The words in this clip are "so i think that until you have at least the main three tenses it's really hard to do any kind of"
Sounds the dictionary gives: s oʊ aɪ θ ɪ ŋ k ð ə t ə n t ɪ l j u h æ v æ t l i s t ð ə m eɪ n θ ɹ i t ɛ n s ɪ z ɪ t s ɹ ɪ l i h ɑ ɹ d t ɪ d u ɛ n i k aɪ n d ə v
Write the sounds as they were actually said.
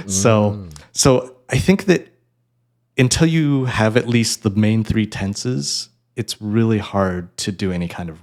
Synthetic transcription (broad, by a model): s oʊ aɪ θ ɪ ŋ k ð ə t ə n t ɪ l j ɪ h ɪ v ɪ t l i s t ð ə m eɪ n θ ɹ i t ɛ n s ɪ z ɪ t s ɹ ɪ l i h ɑ ɹ d t ɪ d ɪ ɛ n i k aɪ n d ə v